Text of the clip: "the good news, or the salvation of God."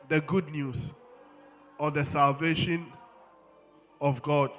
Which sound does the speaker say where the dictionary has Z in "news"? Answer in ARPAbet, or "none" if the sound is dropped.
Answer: S